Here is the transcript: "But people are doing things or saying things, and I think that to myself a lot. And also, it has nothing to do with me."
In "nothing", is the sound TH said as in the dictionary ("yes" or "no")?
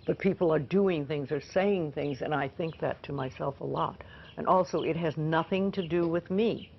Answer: yes